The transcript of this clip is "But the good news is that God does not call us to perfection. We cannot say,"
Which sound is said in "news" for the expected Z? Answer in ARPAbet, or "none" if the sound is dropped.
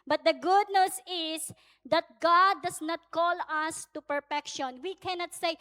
S